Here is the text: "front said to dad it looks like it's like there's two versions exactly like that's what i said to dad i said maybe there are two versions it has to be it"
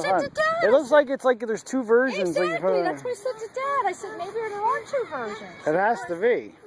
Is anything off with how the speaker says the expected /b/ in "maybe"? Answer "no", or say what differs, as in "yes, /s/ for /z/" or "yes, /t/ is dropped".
no